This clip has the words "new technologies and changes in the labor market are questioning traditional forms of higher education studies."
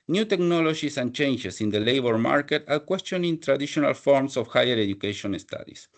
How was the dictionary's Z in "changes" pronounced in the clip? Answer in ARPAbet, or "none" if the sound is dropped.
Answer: S